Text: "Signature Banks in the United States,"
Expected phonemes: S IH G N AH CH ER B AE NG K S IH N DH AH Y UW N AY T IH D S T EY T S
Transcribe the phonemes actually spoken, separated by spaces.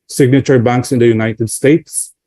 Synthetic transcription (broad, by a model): S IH G N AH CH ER B AE NG K S IH N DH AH Y UW N AY T IH D S T EY T S